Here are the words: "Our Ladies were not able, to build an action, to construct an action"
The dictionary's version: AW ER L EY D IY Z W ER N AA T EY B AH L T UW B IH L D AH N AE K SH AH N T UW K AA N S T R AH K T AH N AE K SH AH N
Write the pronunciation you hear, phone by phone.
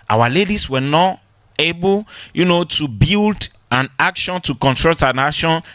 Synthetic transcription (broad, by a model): AW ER L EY D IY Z W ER N AA T EY B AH N T UW B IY L D AH N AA K SH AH N T UW K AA N T R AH T AH N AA K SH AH N